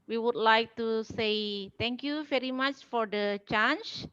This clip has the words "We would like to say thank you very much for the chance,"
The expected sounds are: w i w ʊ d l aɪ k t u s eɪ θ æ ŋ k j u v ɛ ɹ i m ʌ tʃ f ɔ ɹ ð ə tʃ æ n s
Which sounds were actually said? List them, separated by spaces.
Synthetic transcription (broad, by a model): w i w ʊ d l aɪ k t u s eɪ t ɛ ŋ k j u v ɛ ɹ i m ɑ tʃ f ɔ ɹ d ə tʃ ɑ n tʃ